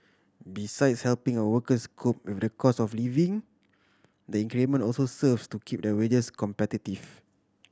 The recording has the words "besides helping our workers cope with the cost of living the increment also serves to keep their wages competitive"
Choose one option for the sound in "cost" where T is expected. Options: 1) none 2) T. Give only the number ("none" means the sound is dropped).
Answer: 1